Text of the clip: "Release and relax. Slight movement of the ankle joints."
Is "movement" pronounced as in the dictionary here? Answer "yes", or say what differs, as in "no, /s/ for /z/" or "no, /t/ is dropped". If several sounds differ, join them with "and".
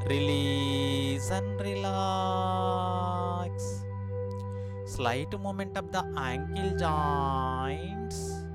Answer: no, /v/ is dropped